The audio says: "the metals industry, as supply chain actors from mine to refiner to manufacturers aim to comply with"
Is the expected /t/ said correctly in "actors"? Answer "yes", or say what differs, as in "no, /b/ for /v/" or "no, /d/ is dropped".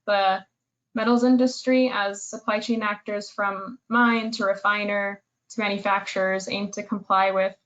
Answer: yes